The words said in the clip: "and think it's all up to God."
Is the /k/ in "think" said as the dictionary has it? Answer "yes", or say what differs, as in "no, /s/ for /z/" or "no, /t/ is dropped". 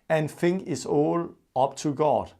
no, /k/ is dropped